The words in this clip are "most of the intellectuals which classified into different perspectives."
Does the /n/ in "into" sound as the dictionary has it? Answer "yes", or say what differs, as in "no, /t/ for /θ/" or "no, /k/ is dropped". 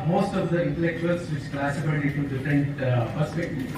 no, /n/ is dropped